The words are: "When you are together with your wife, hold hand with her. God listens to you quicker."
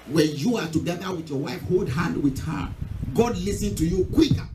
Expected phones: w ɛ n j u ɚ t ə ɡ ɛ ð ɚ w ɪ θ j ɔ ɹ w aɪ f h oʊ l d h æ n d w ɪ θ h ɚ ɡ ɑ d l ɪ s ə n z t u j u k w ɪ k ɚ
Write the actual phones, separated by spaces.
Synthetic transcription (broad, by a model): w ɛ n j u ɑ t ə ɡ ɛ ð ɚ w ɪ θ j ɔ w aɪ f h oʊ l d h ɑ n d w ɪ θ h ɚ ɡ ɑ d l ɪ s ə n t u j u k w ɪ k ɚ